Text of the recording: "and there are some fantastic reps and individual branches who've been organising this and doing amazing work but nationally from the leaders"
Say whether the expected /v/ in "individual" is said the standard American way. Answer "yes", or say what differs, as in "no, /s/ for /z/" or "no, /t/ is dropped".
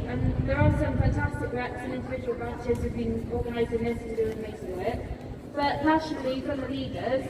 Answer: yes